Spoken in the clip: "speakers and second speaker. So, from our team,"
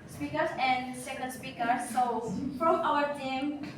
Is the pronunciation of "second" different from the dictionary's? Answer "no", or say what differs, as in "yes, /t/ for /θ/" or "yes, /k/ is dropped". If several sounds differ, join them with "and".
yes, /l/ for /n/